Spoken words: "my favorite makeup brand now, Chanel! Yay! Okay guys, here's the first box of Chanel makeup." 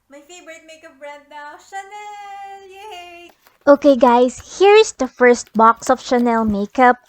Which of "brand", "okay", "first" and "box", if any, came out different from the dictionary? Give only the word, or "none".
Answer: brand